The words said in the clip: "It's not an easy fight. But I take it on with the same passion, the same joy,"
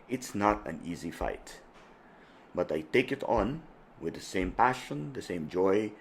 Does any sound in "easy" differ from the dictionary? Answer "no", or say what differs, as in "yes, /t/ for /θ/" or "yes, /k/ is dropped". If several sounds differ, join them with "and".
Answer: no